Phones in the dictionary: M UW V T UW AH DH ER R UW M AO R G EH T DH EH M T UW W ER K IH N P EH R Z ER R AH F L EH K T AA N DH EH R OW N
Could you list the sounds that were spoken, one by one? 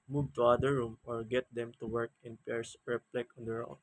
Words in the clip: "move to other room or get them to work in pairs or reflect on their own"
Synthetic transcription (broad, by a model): M UW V T UW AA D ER R UW M AO R G EH T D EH M T UW W ER K IH N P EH R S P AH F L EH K AA N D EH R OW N